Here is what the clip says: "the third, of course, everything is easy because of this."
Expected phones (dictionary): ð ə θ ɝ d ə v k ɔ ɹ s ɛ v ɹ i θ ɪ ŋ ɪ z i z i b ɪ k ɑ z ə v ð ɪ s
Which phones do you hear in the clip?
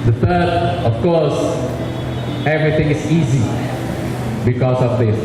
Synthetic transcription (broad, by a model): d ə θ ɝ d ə f k ɔ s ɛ v ɹ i t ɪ ŋ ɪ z i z i b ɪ k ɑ s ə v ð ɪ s